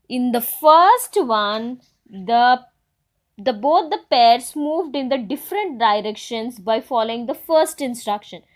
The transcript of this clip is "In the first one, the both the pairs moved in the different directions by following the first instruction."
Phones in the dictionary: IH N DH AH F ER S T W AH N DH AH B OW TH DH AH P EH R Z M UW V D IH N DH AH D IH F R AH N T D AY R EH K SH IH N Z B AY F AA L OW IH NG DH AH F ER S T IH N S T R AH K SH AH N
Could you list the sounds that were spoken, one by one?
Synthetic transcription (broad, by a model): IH N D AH F ER S T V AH N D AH B OW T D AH P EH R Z M UW V D IH N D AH D IH F R AH N T D AY R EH K SH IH N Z B AY F AA L OW IH NG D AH F ER S T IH N S T R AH K SH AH N